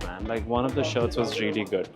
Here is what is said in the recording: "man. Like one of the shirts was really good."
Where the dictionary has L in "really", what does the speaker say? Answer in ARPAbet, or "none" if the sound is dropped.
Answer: L